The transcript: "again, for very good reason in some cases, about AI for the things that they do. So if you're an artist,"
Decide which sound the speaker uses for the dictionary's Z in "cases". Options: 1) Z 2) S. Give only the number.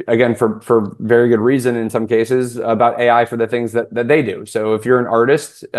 1